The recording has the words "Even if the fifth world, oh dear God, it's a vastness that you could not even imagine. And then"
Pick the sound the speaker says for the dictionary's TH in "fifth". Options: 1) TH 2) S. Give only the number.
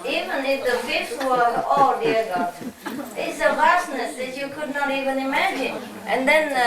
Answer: 2